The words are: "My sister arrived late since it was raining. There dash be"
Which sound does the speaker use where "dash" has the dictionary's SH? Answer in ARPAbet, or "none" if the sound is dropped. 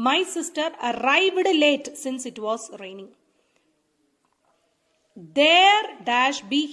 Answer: SH